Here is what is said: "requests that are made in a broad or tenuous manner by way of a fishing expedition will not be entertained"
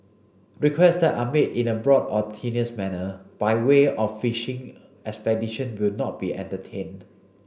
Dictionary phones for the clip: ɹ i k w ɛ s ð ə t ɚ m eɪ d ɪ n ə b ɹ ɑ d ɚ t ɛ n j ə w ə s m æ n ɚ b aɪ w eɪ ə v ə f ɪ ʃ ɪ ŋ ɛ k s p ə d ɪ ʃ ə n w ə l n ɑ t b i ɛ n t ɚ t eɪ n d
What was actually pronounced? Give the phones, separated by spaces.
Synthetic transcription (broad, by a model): ɹ i k w ɛ s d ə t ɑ m eɪ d ɪ n ə b ɹ ɑ d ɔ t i n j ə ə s m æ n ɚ b aɪ w eɪ ə f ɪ ʃ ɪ ŋ ɛ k s p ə d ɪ ʃ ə n w ə l n ɑ t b i ɛ n t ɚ t eɪ n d